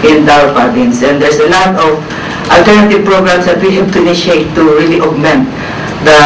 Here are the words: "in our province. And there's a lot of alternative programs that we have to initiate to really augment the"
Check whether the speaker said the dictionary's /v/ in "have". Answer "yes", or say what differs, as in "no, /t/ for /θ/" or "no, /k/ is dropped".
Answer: no, /b/ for /v/